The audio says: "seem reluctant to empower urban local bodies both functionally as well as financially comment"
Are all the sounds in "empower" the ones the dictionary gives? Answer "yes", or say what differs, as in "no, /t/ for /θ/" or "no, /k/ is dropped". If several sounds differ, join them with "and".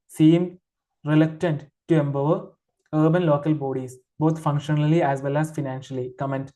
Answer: no, /b/ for /p/